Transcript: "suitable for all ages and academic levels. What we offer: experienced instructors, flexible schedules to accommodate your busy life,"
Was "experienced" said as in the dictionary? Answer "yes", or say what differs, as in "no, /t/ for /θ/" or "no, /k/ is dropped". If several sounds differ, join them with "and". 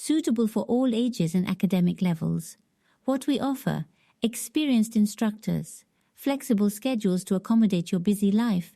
yes